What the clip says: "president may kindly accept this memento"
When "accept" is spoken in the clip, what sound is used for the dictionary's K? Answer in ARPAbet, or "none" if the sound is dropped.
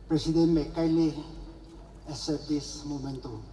none